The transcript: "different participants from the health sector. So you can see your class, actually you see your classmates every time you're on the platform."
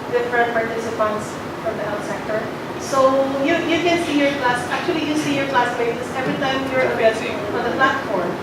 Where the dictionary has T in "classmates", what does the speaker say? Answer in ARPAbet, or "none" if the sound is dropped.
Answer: S